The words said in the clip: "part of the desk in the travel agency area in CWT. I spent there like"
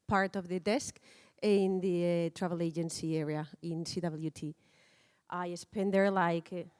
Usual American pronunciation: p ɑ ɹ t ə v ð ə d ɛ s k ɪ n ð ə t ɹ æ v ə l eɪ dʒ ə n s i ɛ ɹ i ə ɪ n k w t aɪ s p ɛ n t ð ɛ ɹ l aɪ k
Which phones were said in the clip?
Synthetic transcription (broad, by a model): p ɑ ɹ t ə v ð ə d ɛ s k ɪ n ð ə t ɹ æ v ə l eɪ dʒ ə n s i ɛ ɹ i ə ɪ n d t t aɪ s p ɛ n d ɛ ɹ l aɪ k